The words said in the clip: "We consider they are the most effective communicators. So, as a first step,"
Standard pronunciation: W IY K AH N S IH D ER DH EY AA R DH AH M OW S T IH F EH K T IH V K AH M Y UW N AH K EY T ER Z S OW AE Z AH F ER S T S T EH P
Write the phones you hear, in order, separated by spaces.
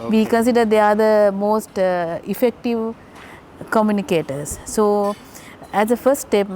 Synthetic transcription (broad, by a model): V IY K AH N S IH D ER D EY AA R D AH M OW S T IH F EH K T IH V K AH M Y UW N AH K EY T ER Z S OW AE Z AH F ER S T T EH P